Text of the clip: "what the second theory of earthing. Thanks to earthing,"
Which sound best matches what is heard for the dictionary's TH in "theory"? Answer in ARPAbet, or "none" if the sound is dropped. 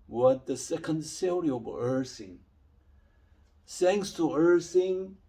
S